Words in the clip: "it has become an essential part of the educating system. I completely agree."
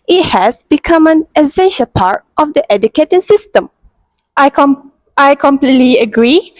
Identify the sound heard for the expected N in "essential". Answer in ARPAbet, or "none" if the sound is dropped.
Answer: N